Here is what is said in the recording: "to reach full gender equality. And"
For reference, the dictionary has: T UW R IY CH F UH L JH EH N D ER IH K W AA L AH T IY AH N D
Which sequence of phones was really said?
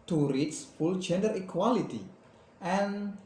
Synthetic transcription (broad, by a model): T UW R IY S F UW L JH EH N D ER IH K W AA L AH T IY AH N